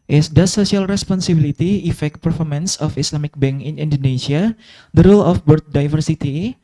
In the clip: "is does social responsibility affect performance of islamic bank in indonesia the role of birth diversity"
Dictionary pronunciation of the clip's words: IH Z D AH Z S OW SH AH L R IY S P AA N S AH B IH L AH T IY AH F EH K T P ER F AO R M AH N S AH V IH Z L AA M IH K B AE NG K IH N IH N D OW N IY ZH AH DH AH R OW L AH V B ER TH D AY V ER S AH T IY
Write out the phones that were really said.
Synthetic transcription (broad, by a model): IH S D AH S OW S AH L R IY S P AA N S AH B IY L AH T IY AH F EH K T P ER F AO R M AH N S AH F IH S L AA M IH K B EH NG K IH N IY N D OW N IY S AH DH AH R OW L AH F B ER T D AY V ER S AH T IY